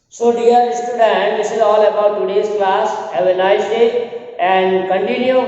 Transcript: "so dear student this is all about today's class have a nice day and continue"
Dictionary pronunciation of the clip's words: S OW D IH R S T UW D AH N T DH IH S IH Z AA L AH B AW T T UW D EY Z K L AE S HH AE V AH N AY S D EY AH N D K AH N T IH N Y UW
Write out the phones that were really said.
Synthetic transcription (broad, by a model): S OW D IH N S T UW D AH N T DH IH S IH Z AA L AH B AW T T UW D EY S K L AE S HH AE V AH N AY S D EY AH N D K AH N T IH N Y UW